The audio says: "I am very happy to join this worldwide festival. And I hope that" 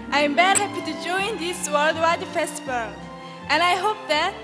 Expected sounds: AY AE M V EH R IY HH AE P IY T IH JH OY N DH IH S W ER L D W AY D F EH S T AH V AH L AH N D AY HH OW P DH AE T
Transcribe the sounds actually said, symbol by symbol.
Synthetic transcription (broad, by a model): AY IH M B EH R HH AE P IY T IH JH OY N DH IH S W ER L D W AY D F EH S T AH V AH L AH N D AY HH OW P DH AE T